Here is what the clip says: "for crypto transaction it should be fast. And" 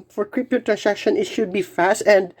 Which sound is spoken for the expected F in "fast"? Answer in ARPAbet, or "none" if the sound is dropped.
F